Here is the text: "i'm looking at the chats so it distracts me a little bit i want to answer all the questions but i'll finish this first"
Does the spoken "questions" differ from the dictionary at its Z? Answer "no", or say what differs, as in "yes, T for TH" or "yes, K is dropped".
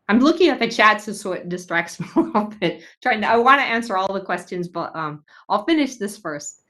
no